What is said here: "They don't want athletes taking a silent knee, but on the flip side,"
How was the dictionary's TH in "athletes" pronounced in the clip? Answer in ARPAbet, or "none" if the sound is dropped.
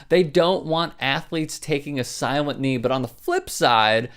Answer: TH